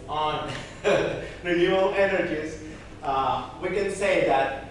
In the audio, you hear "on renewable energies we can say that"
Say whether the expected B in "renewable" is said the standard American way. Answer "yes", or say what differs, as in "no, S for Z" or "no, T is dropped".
no, B is dropped